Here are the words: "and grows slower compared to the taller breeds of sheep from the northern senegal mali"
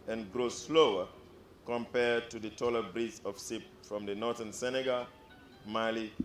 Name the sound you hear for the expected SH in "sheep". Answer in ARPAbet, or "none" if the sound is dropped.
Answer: S